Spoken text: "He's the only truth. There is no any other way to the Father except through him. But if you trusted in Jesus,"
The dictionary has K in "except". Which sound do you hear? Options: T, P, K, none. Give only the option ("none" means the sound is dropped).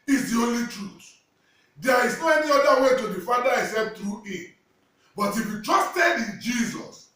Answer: none